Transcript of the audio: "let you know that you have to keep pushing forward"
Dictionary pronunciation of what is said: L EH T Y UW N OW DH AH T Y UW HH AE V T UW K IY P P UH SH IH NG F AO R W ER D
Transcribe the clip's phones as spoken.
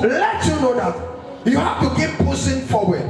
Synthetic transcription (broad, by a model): L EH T Y UW N OW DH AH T Y UW HH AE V T UW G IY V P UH S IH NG F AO W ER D